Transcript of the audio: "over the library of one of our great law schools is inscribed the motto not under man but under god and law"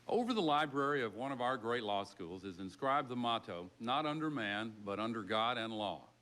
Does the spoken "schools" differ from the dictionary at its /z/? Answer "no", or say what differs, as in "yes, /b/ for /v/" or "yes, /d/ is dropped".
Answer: no